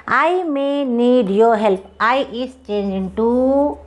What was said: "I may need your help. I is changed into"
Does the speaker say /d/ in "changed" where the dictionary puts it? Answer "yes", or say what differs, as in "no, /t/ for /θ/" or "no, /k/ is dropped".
no, /d/ is dropped